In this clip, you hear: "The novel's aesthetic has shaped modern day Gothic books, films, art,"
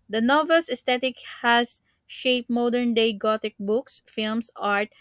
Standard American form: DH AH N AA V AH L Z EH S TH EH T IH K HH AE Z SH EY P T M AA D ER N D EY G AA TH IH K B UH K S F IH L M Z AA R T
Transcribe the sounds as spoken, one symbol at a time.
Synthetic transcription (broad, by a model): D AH N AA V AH L S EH S T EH T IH K HH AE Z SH EY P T M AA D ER N D EY G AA T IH K B UH K S F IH L M S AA R T